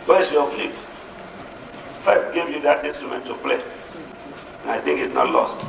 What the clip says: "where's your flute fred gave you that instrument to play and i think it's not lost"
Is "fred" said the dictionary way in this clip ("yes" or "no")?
no